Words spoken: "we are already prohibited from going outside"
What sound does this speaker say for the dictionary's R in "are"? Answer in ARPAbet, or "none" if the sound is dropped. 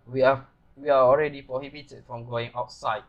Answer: W